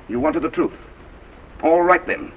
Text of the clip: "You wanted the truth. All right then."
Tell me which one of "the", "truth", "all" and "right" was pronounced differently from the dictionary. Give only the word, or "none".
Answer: none